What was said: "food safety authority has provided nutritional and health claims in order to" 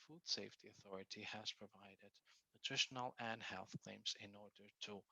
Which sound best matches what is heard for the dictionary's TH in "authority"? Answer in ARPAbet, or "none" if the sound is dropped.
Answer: TH